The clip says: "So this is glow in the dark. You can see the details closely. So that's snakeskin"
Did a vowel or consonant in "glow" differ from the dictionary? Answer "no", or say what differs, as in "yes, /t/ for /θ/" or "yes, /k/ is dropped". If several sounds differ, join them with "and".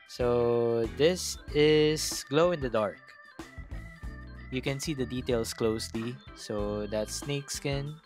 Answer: no